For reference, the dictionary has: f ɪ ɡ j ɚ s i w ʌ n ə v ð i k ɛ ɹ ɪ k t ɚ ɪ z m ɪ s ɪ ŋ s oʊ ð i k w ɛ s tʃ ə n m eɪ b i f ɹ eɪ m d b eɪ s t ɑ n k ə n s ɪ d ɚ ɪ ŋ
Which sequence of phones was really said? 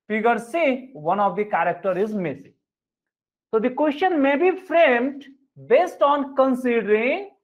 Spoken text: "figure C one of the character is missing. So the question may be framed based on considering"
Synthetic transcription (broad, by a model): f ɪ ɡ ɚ s i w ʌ n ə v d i k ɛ ɹ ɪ k t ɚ ɪ z m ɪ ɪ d s oʊ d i k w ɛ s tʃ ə n m eɪ b i f ɹ eɪ m d b eɪ s t ɑ n k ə n s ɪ d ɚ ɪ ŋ